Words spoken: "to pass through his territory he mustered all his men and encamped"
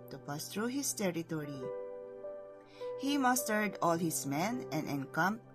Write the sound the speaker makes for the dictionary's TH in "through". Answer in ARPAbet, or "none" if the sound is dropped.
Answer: T